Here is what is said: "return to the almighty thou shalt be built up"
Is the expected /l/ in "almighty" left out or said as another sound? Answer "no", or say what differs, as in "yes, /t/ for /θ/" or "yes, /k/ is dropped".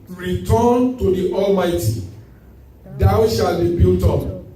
no